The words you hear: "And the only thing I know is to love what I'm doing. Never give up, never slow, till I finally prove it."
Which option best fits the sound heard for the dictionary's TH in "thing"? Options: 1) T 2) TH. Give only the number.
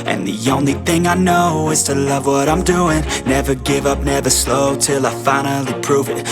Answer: 2